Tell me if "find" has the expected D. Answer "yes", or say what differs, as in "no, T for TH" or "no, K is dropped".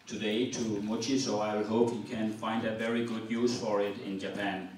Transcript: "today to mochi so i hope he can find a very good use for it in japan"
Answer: yes